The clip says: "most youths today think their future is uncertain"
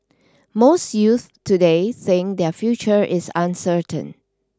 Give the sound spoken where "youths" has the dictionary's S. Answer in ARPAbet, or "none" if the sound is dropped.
none